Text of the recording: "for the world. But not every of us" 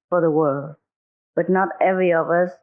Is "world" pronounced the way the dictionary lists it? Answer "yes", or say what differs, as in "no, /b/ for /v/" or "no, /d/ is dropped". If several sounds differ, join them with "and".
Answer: yes